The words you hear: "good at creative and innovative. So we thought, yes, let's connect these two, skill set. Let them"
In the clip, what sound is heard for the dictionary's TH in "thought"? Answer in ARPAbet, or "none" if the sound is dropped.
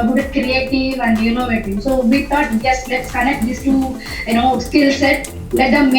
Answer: T